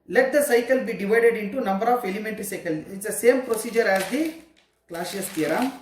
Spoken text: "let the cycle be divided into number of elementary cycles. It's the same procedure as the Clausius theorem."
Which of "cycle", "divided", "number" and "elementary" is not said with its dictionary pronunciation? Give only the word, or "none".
none